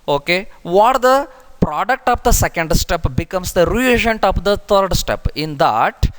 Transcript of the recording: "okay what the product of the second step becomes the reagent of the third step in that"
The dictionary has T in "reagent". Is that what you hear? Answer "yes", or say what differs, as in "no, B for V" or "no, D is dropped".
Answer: yes